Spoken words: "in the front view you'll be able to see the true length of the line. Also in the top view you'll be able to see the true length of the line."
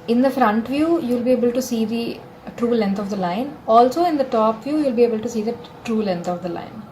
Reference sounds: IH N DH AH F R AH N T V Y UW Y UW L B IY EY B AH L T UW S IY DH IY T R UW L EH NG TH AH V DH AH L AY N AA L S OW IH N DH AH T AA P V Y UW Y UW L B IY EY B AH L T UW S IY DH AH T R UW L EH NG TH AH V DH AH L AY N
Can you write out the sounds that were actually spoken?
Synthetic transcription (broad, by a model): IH N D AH F R AH N T V Y UW Y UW L B IY EY B AH L T UW S IY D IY T R UW L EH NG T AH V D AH L AY N AA L S OW IH N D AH T AA P V Y UW Y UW L B IY EY B AH L T UW S IY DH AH T R UW L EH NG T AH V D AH L AY N